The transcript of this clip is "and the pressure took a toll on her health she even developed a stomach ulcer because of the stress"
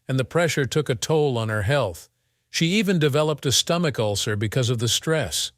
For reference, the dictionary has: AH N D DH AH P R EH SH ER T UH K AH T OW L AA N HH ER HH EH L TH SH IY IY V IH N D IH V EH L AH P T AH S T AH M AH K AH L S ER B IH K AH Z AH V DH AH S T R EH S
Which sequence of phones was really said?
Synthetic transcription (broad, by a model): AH N DH AH P R EH SH ER T UH K AH T OW L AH N ER HH EH L TH SH IY IY V IH N D IH V EH L AH P T AH S T AH M AH K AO L S ER B IH K AH Z AH V DH AH S T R EH S